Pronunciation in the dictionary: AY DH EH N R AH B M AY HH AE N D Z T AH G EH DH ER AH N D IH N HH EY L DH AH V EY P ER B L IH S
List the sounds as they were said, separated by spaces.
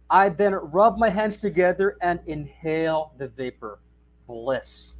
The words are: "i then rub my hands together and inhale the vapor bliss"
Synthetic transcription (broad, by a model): AY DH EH N R AH B M AY HH AE N D Z T AH G EH DH ER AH N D IH N HH EY L DH AH V EY P ER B L IH S